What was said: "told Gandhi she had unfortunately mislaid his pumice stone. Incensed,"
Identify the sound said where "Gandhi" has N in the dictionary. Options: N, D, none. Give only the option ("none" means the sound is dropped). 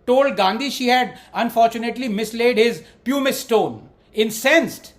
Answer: N